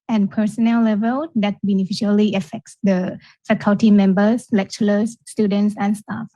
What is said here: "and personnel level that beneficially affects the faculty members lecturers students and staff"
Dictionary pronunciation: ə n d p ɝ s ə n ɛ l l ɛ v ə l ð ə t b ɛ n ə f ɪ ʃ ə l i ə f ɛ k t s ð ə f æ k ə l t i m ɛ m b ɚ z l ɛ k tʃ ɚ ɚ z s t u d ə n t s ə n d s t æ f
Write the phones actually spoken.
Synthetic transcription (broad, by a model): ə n p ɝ s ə n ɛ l l ɛ v ə l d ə t b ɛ n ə f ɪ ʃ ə l i ə f ɛ k t s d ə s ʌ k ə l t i m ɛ m b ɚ s l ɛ k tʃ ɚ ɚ s t u d ə n t s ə n s t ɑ f